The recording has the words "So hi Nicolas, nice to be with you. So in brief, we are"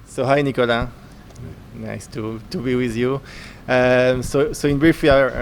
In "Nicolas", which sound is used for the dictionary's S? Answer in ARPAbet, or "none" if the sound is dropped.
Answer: none